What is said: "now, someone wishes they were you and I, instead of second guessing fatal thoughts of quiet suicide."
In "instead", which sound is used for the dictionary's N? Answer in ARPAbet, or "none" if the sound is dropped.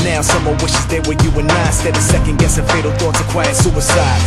none